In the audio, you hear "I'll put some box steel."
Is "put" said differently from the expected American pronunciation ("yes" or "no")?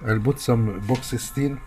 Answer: yes